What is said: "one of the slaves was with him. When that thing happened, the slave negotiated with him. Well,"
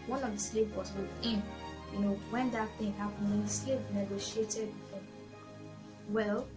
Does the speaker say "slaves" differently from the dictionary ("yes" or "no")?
yes